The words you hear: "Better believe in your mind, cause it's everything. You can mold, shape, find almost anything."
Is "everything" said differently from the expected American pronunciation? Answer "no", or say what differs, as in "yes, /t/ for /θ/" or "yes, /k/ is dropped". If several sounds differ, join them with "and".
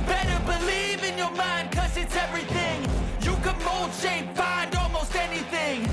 no